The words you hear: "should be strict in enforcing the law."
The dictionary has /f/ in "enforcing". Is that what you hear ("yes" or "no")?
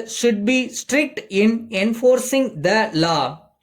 yes